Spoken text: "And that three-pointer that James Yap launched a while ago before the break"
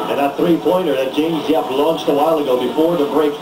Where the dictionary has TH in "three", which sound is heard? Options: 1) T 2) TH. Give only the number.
2